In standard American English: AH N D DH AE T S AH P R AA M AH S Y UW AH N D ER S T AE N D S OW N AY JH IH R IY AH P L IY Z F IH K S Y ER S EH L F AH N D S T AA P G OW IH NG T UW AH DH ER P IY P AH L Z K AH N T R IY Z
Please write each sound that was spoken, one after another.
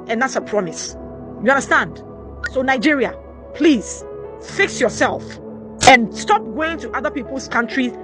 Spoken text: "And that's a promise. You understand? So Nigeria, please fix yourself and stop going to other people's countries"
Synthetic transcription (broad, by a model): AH N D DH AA T S AH P R AA M AH S Y UW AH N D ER S T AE N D S OW N AY JH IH R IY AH P L IY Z F IH K S Y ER S EH L F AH N S T AA P G OW IH NG T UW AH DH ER P IY P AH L S K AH N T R IY